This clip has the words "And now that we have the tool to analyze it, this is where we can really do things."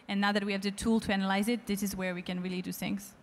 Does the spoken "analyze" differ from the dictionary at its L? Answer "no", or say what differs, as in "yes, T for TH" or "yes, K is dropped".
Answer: no